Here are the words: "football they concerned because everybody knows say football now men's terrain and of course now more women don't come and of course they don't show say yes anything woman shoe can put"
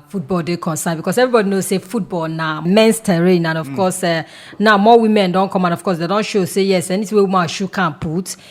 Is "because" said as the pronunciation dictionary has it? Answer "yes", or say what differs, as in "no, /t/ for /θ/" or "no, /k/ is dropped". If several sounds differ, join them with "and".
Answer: no, /s/ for /z/